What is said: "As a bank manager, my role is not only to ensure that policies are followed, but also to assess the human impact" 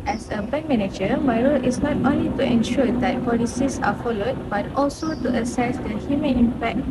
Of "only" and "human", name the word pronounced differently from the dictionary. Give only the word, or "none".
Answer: human